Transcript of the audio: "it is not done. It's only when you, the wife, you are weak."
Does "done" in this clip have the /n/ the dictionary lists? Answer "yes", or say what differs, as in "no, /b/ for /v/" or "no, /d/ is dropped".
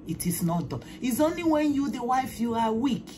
no, /n/ is dropped